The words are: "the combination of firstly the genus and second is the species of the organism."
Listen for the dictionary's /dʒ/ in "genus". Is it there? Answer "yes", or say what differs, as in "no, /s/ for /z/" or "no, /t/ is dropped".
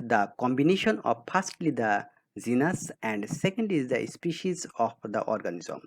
no, /z/ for /dʒ/